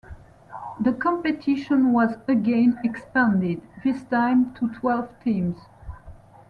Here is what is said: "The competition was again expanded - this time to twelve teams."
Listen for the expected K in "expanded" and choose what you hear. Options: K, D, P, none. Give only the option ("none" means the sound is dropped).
K